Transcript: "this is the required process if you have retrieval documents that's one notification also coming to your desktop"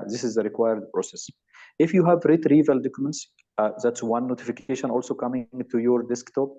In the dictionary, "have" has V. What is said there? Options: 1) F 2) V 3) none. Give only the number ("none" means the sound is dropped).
2